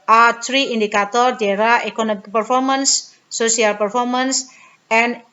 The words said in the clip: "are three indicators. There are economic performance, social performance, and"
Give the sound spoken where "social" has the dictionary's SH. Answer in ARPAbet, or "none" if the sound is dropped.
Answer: none